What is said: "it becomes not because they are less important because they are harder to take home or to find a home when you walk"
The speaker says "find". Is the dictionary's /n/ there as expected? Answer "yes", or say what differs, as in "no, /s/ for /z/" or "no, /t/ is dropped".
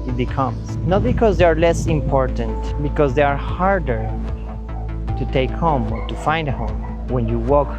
yes